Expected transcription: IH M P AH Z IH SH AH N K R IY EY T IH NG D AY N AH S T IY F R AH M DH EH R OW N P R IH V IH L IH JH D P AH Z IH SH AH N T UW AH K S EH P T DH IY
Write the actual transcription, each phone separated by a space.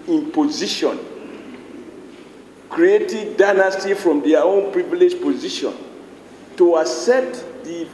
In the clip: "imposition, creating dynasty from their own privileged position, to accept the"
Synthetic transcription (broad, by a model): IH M P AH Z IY SH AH N K R IY EY T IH D AY N AH S T IY F R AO M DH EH OW N P R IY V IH L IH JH P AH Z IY SH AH N T UW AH S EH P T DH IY